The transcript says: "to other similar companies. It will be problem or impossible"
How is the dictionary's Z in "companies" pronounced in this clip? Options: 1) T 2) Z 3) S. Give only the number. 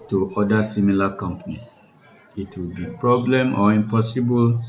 3